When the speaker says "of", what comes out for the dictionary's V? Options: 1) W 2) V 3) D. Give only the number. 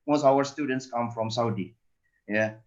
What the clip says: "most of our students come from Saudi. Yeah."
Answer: 1